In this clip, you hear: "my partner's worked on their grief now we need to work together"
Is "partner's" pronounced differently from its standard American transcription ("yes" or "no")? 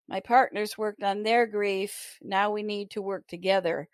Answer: no